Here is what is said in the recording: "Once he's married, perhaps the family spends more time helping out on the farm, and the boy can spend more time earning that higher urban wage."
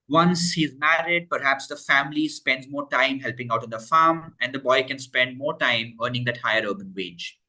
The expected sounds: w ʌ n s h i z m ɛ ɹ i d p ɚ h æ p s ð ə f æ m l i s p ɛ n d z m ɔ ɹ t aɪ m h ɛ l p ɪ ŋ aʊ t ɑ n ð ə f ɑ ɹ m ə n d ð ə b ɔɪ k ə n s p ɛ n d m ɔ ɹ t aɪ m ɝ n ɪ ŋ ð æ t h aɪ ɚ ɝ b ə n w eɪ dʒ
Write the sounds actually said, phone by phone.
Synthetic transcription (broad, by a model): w ʌ n s h i z m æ ɹ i d p ɚ h æ p s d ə f æ m l i s p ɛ n d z m ɔ ɹ t aɪ m h ɛ l p ɪ ŋ aʊ t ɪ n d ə f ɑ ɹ m ə n d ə b ɔɪ k ə n s p ɛ n d m ɔ ɹ t aɪ m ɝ n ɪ ŋ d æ t h aɪ ɚ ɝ b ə n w eɪ dʒ